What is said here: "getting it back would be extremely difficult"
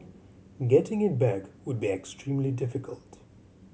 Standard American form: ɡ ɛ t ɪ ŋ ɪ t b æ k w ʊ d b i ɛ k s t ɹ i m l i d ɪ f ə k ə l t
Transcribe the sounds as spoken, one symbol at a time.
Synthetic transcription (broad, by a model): ɡ ɛ t ɪ ŋ ɪ t b æ k w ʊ d b i ɛ k s t ɹ i m l i d ɪ f ə k ə l t